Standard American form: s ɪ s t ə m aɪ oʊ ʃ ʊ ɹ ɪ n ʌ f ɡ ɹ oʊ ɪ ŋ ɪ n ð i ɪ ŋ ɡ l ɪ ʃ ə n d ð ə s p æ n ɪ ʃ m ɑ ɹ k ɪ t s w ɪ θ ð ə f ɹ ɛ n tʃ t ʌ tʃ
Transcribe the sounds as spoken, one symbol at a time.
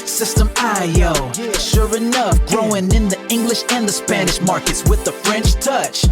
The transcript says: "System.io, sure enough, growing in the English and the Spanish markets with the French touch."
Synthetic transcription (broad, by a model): s ɪ s t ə m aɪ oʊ ʃ ʊ ɹ ɪ n ʌ f ɡ ɹ oʊ ɪ ŋ ɪ n ð i ɪ ŋ ɡ l ɪ ʃ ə n ð ə s p æ n ɪ ʃ m ɑ ɹ k ɪ t s w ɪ ð ə f ɹ ɛ n tʃ t ʌ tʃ